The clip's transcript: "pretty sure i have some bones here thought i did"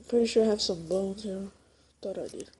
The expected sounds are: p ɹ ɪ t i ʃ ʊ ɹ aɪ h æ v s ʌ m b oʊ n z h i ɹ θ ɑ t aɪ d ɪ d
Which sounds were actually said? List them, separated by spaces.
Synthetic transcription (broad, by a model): p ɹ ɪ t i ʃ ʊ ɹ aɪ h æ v s ʌ m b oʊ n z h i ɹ t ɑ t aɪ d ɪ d